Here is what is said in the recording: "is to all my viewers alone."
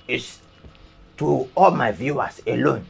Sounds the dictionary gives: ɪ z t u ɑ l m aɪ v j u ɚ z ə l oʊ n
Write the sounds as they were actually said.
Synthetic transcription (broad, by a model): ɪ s t u ɑ l m aɪ v j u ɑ s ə l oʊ n